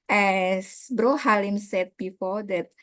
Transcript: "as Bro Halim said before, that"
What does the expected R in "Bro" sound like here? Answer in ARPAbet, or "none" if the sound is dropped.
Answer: R